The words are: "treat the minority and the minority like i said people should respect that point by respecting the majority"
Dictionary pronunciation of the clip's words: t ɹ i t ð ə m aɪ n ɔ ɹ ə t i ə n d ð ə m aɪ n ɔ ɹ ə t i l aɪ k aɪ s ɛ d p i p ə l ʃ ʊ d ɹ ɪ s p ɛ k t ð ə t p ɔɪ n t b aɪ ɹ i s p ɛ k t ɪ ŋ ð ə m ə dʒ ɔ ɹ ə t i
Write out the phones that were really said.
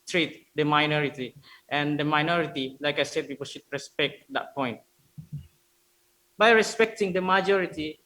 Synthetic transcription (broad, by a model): t ɹ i t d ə m aɪ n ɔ ɹ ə t i ə n d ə m aɪ n ɔ ɹ ə t i l aɪ k aɪ s ɛ d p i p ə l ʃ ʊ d ɹ ɪ s p ɛ k t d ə t p ɔɪ n t b aɪ ɹ i s p ɛ k t ɪ ŋ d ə m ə dʒ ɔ ɹ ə t i